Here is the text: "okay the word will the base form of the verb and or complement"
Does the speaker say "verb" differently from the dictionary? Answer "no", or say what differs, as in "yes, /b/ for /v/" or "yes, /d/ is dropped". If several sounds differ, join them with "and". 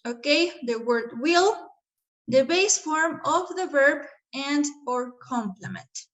no